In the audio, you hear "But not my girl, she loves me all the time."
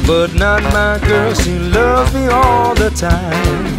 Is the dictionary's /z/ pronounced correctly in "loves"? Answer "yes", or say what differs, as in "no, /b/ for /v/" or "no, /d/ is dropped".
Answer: no, /z/ is dropped